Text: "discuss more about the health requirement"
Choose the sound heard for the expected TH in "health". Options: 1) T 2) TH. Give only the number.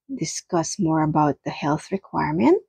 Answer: 2